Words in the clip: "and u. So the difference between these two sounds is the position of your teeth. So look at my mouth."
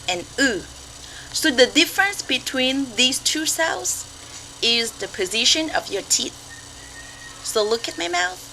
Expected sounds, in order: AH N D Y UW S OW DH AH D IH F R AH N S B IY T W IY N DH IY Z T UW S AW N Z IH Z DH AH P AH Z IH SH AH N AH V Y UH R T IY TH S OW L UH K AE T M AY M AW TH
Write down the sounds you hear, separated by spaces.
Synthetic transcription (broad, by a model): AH N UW S OW DH AH D IH F R AH N S B IY T W IY N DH IY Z T UW S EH L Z IH Z DH AH P AH Z IH SH AH N AH V Y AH R T IY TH S OW L UH K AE T M AY M AW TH